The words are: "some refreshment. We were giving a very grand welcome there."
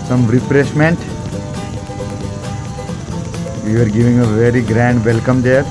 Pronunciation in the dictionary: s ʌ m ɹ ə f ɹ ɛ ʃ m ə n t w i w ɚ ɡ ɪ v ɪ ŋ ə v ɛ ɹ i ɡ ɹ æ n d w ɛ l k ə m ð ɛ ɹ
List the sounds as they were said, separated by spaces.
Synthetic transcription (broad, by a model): s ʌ m ɹ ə p ɹ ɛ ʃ m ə n t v i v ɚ ɡ ɪ v ɪ ŋ ə v ɛ ɹ i ɡ ɹ æ n d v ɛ l k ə m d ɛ ɹ